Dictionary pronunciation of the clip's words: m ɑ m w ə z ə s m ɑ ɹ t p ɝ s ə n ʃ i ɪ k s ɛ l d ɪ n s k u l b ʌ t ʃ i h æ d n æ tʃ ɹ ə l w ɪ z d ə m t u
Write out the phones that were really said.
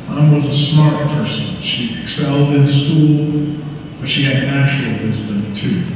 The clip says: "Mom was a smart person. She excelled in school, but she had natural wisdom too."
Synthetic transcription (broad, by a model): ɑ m w ə z ə s m ɑ ɹ t p ɝ s ə n ʃ i ɪ k s ɛ l d ɪ n s k u l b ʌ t ʃ i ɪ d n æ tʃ ə l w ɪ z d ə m t u